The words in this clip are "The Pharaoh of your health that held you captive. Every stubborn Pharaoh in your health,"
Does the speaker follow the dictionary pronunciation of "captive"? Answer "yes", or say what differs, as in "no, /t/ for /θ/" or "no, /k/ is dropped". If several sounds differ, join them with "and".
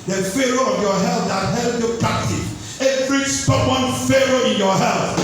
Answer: no, /v/ is dropped